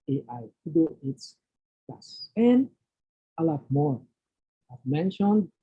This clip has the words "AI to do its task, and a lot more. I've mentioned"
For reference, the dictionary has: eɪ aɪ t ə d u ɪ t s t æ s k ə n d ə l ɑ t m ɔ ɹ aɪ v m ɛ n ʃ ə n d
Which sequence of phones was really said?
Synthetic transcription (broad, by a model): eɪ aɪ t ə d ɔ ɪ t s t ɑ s ə n ə l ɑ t m ɔ ɹ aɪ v m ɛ n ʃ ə n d